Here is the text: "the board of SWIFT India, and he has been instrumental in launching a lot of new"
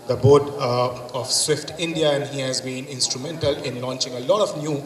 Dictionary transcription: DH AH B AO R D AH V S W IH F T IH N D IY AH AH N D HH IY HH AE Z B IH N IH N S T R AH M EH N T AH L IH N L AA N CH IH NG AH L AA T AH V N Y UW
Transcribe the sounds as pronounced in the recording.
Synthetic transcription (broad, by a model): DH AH B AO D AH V S W IH F T IH N D IY AH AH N HH IY HH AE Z B IH N IH N S T R AH M EH N T AH L IH N L AA N CH IH NG AH L AA T AH V N Y UW